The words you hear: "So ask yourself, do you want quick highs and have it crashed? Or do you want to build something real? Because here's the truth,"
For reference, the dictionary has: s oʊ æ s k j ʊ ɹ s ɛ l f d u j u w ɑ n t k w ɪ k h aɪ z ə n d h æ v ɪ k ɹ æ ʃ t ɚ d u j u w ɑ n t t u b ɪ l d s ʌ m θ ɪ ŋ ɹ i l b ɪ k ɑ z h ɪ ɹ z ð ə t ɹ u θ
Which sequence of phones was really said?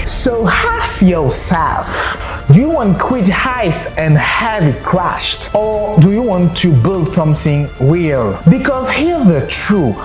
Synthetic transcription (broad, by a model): s oʊ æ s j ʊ l s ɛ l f d u j u w ɑ n t k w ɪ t h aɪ s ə n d h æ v ɪ k ɹ æ ʃ t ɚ d u j u w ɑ n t t u b ɪ l d s ʌ m θ ɪ ŋ w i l b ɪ k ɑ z h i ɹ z ð ə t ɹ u